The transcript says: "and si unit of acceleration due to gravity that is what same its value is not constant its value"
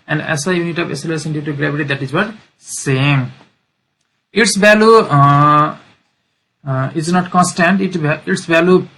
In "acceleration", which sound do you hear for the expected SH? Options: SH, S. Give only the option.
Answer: S